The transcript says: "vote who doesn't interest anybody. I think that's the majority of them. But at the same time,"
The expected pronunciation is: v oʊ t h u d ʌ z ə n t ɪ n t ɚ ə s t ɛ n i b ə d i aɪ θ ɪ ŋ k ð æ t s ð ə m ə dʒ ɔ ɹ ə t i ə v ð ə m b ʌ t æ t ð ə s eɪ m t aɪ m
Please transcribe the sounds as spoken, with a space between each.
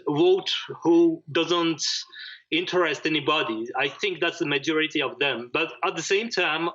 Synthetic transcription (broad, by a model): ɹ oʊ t h u d ʌ z ə n t ɪ n t ɚ ə s t ɛ n i b ə d i aɪ θ ɪ ŋ k ð æ t s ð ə m ə dʒ ɔ ɹ ə t i ə v ð ə m b ʌ t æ t ð ə s eɪ m t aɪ m